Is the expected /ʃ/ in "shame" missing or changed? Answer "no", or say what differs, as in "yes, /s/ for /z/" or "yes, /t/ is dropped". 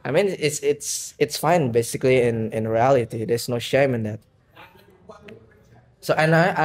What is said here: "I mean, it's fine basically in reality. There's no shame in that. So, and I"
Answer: no